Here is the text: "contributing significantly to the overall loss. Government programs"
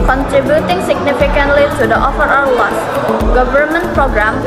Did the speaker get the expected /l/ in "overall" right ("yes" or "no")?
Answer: no